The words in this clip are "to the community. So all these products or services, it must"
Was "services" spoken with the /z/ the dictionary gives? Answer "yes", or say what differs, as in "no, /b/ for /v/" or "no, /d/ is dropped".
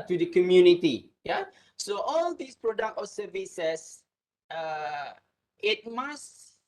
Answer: no, /s/ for /z/